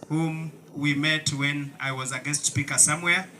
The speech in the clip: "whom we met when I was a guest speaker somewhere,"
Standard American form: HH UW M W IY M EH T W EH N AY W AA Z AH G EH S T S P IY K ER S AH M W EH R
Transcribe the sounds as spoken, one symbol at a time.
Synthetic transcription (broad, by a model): HH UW M W IY M EH T W EH N AY W AA Z AH G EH S T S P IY K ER S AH M W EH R